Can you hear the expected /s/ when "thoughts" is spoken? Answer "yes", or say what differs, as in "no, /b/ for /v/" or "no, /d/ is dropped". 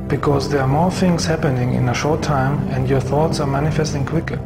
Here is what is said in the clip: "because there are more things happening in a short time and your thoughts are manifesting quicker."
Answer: yes